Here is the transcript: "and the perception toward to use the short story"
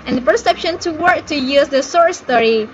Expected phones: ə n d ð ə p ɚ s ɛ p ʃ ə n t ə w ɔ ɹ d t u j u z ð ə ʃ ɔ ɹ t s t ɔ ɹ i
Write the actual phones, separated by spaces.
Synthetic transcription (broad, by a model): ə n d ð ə p ɚ s ɛ p ʃ ə n t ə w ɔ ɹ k t u j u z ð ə s ɔ ɹ s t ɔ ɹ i